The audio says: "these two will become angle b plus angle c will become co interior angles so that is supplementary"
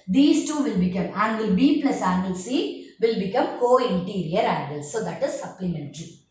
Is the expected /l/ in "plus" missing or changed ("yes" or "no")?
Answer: yes